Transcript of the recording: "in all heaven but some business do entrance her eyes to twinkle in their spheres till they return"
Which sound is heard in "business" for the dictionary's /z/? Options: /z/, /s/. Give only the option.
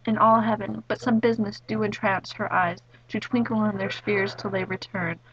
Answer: /z/